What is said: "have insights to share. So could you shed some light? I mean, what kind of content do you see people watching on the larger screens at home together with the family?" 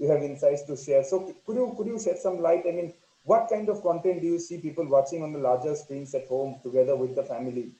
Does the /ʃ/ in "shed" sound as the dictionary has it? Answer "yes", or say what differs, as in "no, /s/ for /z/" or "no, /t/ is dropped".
no, /s/ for /ʃ/